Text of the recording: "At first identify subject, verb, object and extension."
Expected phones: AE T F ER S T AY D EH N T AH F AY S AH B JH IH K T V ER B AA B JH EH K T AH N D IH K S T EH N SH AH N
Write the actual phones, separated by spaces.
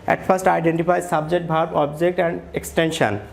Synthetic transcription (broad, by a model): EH T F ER S T AY D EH N T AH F AY S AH B JH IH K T B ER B AA B JH EH K T AH N D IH K S T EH N SH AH N